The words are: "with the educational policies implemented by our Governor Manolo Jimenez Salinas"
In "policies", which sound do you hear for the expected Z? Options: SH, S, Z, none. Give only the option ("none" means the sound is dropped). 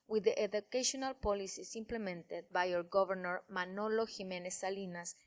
S